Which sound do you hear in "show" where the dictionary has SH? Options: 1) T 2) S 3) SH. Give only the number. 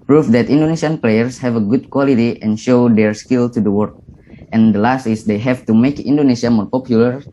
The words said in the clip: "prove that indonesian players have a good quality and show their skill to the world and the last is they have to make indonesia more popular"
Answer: 3